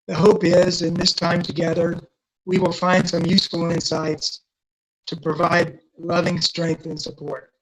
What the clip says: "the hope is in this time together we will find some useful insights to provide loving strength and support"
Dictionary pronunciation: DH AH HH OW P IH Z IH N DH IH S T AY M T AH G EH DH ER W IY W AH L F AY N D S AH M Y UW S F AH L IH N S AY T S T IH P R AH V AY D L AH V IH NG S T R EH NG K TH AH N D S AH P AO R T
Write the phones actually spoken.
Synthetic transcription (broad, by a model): DH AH HH OW P IH Z IH N DH IH S T AY M T AH G EH DH ER W IY W AH L F AY N D S AH M Y UW S F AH L IH N S AY T S T IH P R AH V AY D L AH V IH NG S T R EH NG K TH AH N S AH P AO R T